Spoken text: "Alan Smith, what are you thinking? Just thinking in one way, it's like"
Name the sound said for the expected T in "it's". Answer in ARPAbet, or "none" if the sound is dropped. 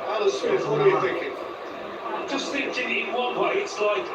T